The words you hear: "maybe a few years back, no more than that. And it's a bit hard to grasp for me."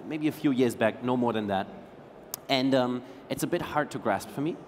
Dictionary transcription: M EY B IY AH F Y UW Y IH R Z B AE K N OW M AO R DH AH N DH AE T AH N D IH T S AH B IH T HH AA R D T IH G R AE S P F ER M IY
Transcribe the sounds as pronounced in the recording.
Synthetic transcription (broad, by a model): M EY B IY AH F Y UW Y IH R Z B AE K N OW M AO R DH AH N DH AE T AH N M IH T S AH B IH T HH AA R D T IH G R AE S P F ER M IY